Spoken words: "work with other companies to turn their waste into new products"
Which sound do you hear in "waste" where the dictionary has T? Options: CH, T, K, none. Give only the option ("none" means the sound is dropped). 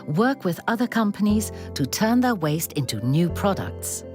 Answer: T